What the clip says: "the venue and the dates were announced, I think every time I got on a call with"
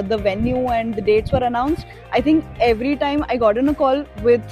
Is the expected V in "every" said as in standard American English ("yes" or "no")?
yes